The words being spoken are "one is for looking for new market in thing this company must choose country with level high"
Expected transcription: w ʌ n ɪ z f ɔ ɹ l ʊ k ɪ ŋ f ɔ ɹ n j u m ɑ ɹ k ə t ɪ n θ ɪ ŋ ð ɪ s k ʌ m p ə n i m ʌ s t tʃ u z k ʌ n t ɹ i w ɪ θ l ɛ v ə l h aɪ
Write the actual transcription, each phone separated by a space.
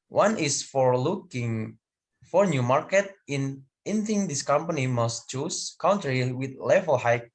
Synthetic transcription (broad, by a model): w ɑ n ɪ s f ɔ ɹ l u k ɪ ŋ f ɔ ɹ n j u m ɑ ɹ k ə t ɪ n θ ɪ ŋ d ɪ s k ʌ m p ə n i m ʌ s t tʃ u s k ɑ n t ɹ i w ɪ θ l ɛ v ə l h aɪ